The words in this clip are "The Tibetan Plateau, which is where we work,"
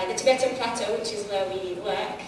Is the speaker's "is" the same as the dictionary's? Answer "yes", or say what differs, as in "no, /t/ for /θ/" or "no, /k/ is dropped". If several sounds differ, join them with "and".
yes